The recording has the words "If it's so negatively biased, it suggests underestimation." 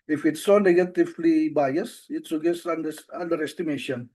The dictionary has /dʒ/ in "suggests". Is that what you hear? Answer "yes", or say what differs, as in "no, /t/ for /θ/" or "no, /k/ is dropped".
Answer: no, /dʒ/ is dropped